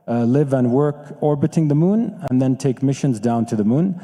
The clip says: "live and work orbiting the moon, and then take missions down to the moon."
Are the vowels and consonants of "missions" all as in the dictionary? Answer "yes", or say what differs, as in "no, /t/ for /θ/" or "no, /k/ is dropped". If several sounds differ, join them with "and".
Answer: yes